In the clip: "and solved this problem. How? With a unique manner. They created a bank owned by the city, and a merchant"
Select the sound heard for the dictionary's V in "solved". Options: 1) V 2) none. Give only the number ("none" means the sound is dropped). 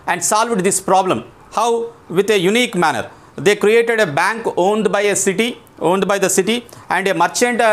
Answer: 1